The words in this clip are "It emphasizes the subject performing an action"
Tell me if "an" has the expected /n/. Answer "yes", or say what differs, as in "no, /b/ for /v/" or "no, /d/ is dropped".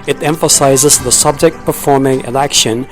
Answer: no, /l/ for /n/